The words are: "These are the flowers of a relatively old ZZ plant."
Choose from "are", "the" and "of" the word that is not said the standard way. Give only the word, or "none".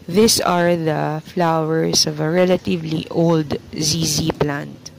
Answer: none